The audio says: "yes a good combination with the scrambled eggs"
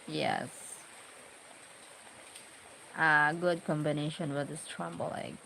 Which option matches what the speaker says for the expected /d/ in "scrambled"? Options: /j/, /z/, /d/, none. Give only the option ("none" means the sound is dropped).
none